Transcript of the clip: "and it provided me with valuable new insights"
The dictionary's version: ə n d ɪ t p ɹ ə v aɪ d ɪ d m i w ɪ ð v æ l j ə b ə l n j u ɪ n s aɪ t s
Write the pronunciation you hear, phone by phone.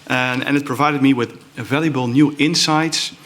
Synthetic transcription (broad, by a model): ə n ɪ t p ɹ ə v aɪ d ɪ d m i w ɪ ð v æ l j ə b ə l n j u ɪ n s aɪ t s